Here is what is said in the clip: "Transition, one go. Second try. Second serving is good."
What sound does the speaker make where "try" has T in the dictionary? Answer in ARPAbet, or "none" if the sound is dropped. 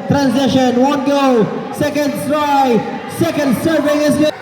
S